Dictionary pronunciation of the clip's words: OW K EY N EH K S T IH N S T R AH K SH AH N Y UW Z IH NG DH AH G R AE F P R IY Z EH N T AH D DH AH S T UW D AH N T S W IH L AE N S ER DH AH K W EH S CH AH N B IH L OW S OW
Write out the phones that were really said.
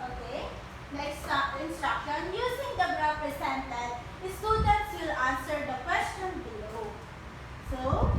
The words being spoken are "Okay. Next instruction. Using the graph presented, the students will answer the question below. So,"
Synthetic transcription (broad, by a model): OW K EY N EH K S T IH N S T R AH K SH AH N Y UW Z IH NG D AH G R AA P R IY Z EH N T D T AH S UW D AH T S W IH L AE N S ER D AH K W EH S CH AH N B IH L OW S OW